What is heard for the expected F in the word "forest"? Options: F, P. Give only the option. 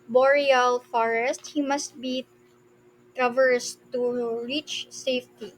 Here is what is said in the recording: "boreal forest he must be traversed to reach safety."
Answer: F